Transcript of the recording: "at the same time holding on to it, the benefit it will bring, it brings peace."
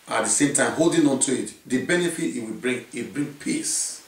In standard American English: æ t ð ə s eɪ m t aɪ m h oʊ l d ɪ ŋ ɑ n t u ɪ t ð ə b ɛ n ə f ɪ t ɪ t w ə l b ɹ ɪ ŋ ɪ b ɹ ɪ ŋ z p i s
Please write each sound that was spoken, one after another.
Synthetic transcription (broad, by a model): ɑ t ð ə s eɪ m t aɪ m h oʊ l d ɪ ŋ ɑ n t u ɪ t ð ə b ɛ n ə f ɪ t ɪ t w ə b ɹ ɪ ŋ ɪ b ɹ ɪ ŋ p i s